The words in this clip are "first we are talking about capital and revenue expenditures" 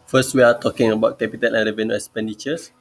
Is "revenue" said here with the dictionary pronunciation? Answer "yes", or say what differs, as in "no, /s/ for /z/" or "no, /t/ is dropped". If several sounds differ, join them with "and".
yes